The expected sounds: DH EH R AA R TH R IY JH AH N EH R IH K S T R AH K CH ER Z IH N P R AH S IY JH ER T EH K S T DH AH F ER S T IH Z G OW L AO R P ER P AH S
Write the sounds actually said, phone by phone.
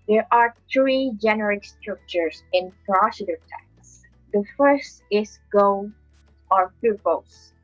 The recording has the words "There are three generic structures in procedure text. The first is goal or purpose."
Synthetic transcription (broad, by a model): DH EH R AA R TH R IY JH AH N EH R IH K S T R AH K CH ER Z IH N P R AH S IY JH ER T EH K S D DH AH F ER S T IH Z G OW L AO R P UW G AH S